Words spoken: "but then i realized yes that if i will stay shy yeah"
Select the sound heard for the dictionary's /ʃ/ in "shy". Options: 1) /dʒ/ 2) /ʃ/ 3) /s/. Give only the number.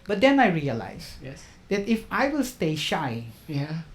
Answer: 2